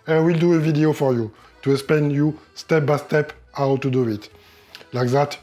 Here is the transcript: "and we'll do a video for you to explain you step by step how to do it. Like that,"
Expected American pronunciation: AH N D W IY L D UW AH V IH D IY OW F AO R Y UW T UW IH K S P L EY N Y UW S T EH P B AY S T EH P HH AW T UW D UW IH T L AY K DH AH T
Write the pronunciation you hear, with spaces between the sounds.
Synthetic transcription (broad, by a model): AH W IY L D UW AH V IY D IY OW F AO R Y UW T UW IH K S P EY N Y UW S T EH P B AY S T EH P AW T UW D UW IH T L AY K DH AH T